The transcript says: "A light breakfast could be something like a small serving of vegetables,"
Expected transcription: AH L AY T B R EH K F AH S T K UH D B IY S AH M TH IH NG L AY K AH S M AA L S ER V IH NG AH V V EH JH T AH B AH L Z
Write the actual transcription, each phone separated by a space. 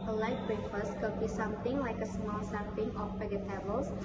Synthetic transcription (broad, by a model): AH L AY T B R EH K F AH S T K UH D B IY S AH M T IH NG L AY K AH S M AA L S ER P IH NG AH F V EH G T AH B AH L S